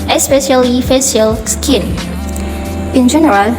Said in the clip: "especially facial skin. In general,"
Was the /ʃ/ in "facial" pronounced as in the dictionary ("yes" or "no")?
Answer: no